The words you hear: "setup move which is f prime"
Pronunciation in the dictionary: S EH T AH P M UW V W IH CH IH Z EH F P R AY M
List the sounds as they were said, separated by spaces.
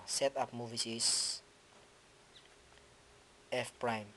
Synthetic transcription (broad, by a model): S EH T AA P M UW V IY S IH S EH F P R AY M